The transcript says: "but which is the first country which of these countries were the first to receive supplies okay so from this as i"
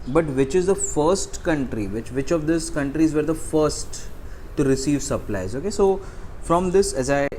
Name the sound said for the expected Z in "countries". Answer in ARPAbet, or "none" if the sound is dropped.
Z